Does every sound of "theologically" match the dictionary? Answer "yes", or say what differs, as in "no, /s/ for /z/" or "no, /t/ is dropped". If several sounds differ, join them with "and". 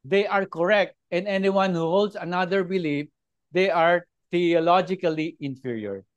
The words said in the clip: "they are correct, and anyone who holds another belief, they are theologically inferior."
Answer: no, /t/ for /θ/